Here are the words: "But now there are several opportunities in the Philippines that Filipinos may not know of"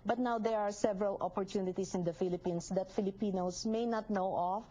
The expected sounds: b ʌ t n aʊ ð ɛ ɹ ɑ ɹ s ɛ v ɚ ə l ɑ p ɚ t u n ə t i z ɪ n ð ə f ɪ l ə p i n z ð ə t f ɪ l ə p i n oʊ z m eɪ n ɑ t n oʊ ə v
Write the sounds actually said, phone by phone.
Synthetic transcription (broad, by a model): b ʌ t n aʊ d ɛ ɹ ɑ ɹ s ɛ v ɚ ə l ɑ p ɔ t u n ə t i s ɪ n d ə f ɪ l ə p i n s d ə t f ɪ l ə p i n oʊ s m eɪ n ɑ t n oʊ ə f